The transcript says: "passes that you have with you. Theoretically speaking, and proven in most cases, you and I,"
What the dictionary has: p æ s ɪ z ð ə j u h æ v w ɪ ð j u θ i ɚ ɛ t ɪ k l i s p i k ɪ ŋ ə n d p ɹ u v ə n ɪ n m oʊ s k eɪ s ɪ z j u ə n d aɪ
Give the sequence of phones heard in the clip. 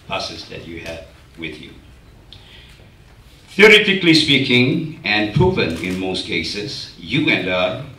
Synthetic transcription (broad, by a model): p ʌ s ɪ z ð ə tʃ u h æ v w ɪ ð j u θ i ɚ ɛ t ɪ k l i s p i k ɪ ŋ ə n p ɹ u v ə n ɪ n m oʊ s k eɪ s ɪ z j u ə n d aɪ